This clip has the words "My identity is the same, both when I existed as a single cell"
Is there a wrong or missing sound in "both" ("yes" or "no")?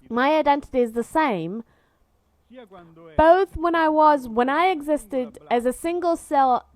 no